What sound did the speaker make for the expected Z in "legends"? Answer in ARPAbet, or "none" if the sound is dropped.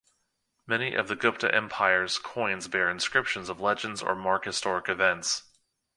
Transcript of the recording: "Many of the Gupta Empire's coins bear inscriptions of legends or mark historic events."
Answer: Z